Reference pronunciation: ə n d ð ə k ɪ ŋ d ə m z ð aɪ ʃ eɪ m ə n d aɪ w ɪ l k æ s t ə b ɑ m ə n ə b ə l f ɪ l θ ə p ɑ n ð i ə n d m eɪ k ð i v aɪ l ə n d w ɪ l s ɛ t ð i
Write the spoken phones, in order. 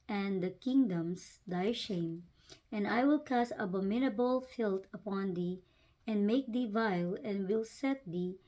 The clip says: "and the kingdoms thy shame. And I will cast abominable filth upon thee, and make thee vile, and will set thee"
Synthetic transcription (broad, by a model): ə n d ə k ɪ ŋ d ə m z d aɪ ʃ eɪ m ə n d aɪ w ɪ l k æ s ə b ɑ m ə n ə b ə l f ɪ l t ə p ɑ n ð i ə n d m eɪ k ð i v aɪ l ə n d w ɪ l s ɛ t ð i